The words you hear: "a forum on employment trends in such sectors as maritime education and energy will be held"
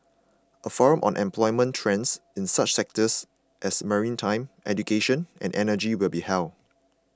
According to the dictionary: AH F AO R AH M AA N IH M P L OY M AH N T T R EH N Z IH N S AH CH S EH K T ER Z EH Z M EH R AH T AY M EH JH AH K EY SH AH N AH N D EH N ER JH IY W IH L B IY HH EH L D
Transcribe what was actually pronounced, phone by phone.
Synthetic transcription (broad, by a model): AH F AO R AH M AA N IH M P L OY M AH N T T R EH N S IH N S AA CH S EH K T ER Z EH S M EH R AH T AY M EH JH AH K EY SH AH N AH N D EH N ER JH IY W IH L B IY HH EH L